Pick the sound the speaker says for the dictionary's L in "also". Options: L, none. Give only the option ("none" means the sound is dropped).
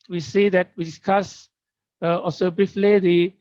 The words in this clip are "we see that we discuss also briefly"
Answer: none